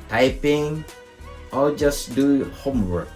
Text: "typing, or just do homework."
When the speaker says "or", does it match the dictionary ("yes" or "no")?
no